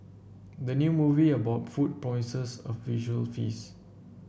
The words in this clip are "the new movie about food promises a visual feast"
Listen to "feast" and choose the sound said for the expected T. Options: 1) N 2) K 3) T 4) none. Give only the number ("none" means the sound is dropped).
4